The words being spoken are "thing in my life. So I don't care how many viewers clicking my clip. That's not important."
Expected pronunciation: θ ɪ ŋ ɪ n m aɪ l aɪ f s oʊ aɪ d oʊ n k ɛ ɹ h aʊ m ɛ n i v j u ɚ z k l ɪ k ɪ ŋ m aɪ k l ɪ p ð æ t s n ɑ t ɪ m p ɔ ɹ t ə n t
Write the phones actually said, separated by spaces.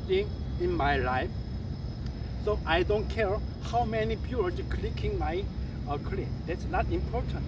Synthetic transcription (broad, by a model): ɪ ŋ ɪ n m aɪ l aɪ f s oʊ aɪ d oʊ n k ɛ ɹ h aʊ m ɛ n i b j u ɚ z k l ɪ k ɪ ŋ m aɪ k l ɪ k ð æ t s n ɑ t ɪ m p ɔ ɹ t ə n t